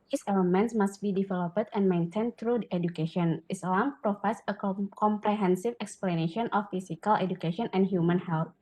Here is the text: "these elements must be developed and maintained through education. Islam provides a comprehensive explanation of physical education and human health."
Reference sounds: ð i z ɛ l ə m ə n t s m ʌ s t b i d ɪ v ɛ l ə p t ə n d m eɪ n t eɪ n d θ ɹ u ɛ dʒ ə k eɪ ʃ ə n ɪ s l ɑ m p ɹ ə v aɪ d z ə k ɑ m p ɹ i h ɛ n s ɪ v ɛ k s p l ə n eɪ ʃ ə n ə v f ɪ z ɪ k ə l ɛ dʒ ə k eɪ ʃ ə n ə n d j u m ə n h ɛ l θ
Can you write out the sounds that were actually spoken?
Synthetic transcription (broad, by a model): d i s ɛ l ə m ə n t s m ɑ s t b i d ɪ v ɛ l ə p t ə n m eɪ n t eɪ n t ɹ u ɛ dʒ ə k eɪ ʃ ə n ɪ s l ɑ m p ɹ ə f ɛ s ə k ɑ m p ɹ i h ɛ n s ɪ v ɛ k s p l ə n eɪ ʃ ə n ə f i s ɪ k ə l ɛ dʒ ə k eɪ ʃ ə n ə n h j u m ə n h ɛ l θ